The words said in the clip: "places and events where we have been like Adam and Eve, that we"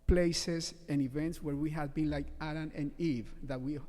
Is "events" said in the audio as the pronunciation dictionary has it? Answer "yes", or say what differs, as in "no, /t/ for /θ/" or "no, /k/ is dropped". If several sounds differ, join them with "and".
yes